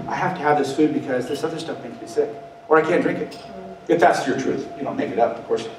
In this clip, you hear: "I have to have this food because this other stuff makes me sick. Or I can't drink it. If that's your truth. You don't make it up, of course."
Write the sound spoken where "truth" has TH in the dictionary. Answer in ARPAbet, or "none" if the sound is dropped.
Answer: TH